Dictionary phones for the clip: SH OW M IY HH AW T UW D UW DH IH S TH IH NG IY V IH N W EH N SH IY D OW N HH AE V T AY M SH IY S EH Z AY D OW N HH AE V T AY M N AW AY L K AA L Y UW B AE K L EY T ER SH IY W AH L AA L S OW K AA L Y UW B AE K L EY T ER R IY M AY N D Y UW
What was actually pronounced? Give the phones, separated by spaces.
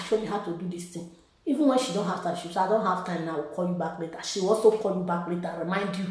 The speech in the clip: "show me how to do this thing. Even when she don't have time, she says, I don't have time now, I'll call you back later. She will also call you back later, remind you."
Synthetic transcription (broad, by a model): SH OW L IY HH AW T UW D UW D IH S T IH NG IY V IH N W EH N SH IY D OW N HH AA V T AY M SH IY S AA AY D OW N HH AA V T AY M N AW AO K AA L Y UW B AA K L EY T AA SH IY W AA S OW K AA L Y UW B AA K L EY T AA R IY M AY N D Y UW